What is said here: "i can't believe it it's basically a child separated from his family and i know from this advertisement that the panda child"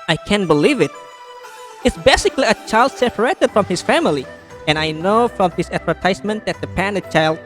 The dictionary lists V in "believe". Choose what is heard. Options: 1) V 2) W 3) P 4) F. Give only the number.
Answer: 1